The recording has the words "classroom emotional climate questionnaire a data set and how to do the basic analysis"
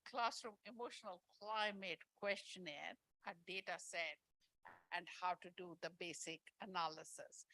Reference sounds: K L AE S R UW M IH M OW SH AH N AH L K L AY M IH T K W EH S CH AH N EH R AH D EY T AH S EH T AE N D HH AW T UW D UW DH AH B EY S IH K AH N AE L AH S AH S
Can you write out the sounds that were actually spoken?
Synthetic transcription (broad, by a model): K L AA S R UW M IH M OW SH AH N AH L K L AY M IH T K W EH S CH AH N EH R AH D EY T AH S EH T AE N D HH AW T UW D UW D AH B EY S IH K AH N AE L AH S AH S